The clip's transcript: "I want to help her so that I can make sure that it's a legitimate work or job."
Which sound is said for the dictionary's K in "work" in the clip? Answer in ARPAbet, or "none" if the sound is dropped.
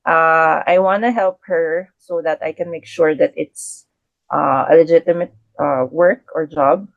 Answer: K